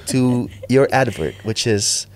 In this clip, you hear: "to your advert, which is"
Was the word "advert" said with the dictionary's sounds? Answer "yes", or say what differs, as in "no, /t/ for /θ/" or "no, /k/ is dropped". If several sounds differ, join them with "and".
yes